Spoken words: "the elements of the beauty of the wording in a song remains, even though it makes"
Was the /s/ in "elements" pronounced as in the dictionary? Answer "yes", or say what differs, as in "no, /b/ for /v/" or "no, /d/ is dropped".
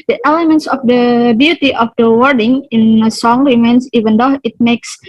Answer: yes